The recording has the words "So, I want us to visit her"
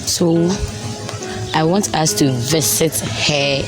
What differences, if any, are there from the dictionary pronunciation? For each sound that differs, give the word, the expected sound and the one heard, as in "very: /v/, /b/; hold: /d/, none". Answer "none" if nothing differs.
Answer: visit: /z/, /s/